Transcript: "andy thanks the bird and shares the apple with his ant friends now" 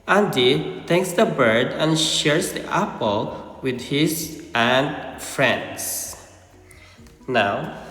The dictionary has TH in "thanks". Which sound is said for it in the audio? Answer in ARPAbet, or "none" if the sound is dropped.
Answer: T